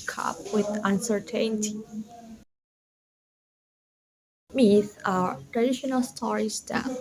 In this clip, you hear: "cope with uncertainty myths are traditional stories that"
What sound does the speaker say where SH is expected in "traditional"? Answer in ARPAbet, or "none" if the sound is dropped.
SH